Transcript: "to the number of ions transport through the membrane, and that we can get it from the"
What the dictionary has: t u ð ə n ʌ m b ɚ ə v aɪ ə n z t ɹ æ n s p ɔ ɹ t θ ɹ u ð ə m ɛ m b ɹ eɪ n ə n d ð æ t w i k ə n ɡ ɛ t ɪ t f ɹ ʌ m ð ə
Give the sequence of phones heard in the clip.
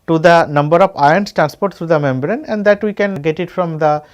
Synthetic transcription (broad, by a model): t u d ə n ʌ m b ɚ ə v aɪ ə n s t ɹ æ n s p ɔ ɹ t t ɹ u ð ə m ɛ m b ɹ eɪ n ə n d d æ t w i k ə n ɡ ɛ t ɪ t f ɹ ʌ m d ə